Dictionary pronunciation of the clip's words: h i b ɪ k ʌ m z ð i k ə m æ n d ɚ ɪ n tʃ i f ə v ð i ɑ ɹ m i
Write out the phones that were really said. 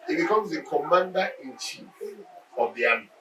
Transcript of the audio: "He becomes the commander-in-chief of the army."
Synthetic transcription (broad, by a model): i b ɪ k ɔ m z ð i k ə m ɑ n d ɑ ɪ n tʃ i ə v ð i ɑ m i